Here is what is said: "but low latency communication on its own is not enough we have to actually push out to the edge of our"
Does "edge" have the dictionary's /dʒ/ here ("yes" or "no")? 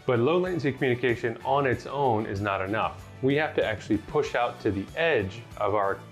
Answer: yes